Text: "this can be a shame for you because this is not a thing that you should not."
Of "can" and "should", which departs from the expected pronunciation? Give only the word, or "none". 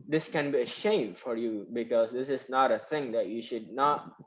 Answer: none